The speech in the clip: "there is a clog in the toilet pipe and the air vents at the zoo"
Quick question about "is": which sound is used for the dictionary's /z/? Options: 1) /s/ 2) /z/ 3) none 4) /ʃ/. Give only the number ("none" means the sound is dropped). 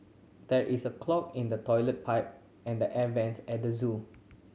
1